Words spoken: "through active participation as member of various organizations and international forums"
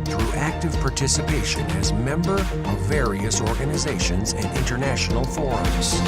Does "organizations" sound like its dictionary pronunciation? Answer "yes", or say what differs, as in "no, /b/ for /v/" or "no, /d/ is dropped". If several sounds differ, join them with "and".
yes